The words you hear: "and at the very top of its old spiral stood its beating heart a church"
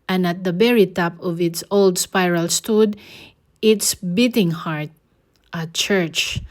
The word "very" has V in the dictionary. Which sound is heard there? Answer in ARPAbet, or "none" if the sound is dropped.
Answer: B